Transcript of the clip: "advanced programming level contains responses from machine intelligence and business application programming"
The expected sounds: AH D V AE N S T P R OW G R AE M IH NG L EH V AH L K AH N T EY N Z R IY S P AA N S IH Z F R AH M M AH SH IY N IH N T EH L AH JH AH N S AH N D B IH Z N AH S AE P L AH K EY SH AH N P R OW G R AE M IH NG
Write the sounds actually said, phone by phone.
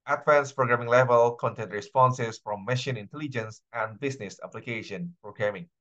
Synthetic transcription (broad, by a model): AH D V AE N S P R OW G R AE M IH NG L EH V AH L K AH N T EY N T R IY S P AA N S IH S F R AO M M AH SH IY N IH N T EH L AH JH AH N S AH N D B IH S N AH S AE P L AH K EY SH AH N P R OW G R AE M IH NG